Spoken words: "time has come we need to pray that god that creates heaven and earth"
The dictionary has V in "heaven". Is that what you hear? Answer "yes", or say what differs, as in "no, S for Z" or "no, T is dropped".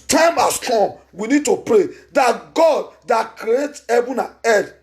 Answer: no, B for V